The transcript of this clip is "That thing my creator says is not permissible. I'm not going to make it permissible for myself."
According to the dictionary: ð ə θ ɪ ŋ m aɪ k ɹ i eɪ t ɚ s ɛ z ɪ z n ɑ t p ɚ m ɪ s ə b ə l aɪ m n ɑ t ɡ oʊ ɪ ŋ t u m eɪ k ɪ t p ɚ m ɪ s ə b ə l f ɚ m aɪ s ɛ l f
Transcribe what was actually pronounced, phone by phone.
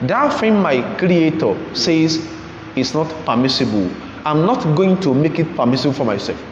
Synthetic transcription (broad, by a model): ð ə f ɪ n m aɪ k ɹ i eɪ t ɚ s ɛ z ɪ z n ɑ t p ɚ m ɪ s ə b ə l aɪ m n ɑ t ɡ oʊ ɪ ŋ t u m eɪ k ɪ t p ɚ m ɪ s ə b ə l f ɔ m aɪ s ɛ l f